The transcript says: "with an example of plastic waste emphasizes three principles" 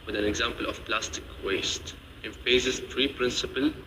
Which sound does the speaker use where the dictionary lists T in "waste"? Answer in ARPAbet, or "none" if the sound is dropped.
T